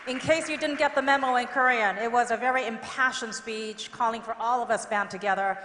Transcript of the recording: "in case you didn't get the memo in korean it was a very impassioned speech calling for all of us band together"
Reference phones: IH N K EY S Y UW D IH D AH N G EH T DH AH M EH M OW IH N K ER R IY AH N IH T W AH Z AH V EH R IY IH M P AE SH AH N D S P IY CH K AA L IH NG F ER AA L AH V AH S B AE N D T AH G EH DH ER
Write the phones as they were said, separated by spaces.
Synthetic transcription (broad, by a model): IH N K EY S Y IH D IH D N G EH T DH AH M EH M OW IH N K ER R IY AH N IH T W AH Z AH V EH R IY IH M P AE SH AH N S P IY CH K AA L IH NG F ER AA L AH V AH S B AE N T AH G EH DH ER